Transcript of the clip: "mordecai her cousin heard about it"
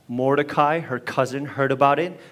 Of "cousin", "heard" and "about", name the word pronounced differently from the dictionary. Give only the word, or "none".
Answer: none